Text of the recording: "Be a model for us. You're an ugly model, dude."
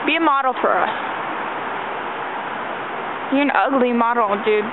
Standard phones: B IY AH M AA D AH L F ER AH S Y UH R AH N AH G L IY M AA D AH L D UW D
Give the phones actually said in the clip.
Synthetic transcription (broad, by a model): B IY AH M AA D L P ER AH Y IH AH N AH G L IY M AA D L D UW